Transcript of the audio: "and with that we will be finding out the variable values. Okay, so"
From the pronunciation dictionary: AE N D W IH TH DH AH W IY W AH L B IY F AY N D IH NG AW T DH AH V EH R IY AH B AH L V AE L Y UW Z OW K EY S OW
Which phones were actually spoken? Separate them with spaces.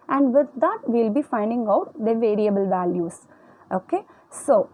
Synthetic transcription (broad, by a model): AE N D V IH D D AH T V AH L B IY F AY N D IH NG AW T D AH V EH R IY AH B AH L V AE L Y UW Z OW K EY S OW